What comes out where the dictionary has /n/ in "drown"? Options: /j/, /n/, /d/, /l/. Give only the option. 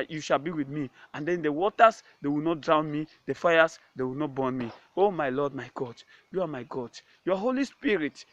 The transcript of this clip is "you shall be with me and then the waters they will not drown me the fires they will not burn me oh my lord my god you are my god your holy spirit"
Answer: /n/